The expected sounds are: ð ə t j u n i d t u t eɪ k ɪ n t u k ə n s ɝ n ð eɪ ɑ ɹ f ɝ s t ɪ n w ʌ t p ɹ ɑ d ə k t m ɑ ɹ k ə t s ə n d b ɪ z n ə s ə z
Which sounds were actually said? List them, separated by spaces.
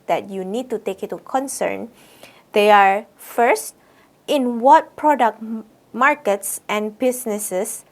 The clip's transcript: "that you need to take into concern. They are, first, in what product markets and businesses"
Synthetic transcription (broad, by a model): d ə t j u n i d t u t eɪ k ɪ t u k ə n s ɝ n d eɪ ɑ ɹ f ɝ s t ɪ n w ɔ t p ɹ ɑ d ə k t m ɑ ɹ k ə t s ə n b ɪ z n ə s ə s